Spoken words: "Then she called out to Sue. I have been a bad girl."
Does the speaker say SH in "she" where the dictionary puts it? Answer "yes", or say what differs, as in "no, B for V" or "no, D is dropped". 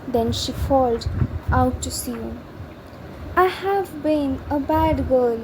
yes